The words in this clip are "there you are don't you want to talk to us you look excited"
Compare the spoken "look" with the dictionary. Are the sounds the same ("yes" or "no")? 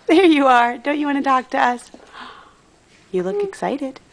yes